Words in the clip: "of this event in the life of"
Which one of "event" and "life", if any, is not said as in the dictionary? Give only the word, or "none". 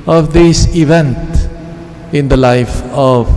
none